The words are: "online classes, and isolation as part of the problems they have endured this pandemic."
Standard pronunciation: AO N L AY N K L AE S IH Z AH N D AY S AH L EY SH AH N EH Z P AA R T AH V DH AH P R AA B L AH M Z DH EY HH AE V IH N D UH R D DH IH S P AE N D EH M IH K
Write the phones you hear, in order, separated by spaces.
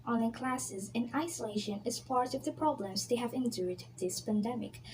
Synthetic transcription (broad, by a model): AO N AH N K L AE S IH Z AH N AY S AH L EY SH AH N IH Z P AA R T AH V DH AH P R AA B L AH M Z DH EY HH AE V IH N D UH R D DH IH S P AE N D EH M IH K